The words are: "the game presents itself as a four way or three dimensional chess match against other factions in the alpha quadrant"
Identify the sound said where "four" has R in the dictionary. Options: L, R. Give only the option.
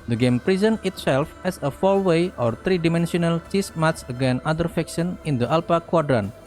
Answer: L